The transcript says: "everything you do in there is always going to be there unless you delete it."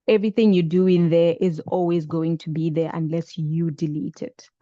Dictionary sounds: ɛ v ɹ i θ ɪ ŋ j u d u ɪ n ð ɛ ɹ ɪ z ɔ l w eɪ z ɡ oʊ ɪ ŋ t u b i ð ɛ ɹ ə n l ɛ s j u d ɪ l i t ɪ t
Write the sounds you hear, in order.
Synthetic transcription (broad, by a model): ɛ v ɹ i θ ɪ ŋ j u d u ɪ n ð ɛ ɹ ɪ z ɔ l w eɪ z ɡ oʊ ɪ ŋ t u b i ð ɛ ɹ ə n l ɛ s j u d ɪ l i t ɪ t